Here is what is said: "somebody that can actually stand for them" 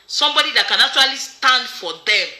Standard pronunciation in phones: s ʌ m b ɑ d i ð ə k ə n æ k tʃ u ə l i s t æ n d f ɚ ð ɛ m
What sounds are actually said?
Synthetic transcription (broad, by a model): s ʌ m b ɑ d i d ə k ə n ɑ tʃ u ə l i s t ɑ n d f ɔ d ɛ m